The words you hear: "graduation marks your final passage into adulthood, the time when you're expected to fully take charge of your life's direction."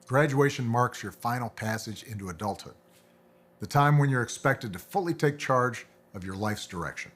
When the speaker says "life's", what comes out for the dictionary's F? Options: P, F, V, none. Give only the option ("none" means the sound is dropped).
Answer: F